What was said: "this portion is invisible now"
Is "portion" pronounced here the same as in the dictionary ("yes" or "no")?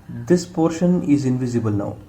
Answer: yes